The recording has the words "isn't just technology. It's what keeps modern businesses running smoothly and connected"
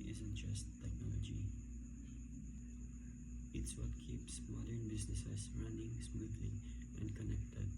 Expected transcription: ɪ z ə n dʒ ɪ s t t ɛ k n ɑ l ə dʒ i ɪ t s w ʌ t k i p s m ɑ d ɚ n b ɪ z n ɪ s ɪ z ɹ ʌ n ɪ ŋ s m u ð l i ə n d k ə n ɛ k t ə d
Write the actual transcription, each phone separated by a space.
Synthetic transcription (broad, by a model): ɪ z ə n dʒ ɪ s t t ɛ k n ɑ l ə dʒ i ɪ t s w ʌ t k i p s m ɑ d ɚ n b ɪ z n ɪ s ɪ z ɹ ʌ n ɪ ŋ s m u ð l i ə n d k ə n ɛ k t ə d